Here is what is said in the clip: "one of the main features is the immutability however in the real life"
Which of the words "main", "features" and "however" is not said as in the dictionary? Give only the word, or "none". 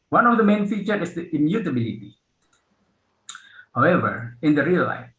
features